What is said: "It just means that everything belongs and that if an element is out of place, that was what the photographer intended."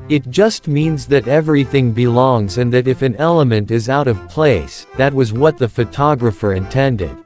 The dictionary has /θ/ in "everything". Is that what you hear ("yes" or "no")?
yes